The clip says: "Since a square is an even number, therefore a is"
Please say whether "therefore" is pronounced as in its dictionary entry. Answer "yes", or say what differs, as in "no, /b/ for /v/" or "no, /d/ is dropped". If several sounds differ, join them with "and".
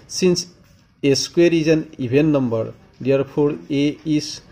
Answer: no, /p/ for /f/